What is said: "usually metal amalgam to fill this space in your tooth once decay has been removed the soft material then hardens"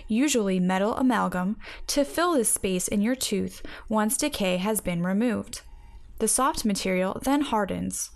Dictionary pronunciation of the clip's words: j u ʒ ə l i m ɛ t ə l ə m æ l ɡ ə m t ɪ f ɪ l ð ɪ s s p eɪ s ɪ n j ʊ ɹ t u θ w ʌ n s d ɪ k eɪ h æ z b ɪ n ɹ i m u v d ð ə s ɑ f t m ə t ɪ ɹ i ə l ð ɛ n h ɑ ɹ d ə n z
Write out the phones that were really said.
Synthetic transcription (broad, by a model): j u ʒ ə l i m ɛ t l ə m æ l ɡ ə m t ɪ f ɪ l ð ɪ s s p eɪ s ɪ n j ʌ ɹ t u θ w ʌ n s d ɪ k eɪ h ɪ z b ɪ n ɹ i m u v d ð ə s ɑ f t m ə t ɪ ɹ i l ð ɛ n h ɑ ɹ d n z